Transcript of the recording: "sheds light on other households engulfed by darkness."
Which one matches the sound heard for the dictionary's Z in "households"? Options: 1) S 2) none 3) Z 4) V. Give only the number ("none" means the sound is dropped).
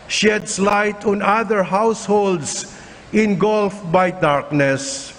1